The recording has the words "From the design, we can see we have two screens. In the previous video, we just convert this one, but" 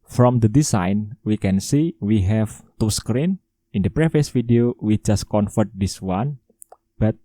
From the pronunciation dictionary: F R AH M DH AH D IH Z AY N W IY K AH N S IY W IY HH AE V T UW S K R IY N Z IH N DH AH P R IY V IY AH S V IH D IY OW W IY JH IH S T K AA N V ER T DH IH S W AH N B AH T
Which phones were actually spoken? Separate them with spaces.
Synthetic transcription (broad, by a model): F R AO M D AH D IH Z AY N W IY K AH N S IY W IY HH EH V T UW S K R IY N IH N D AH P R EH F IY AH S F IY D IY OW W IY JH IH S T K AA N F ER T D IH S W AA N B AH T